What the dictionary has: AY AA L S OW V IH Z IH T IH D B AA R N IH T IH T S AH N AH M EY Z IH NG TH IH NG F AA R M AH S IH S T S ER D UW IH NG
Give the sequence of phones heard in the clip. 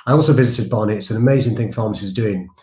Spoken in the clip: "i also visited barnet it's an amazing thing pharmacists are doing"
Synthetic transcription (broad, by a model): AY AA L S OW V IH Z IH T IH D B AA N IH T IH T S AH N AH M EY Z IH NG TH IH NG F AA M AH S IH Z D UW IH NG